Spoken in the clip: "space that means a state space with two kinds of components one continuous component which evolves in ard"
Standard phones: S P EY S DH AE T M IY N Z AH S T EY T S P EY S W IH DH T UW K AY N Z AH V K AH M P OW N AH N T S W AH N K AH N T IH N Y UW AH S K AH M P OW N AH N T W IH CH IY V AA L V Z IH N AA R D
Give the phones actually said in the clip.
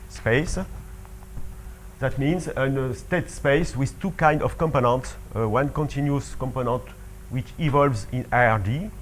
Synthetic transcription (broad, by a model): S P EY S DH AE T M IY N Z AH S T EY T S P EY S W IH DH T UW K AY N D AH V K AH M P OW N AH N T S W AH N K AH N T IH N Y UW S K AH M P OW N AH N T W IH CH IY V AA L V Z IH N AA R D